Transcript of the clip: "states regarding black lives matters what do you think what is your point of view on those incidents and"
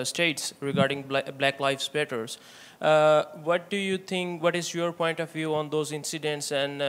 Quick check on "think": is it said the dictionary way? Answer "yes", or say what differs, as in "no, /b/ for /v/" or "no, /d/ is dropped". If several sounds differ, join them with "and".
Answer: no, /t/ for /θ/